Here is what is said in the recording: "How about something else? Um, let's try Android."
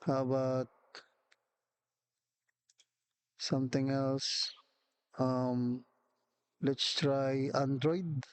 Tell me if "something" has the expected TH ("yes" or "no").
no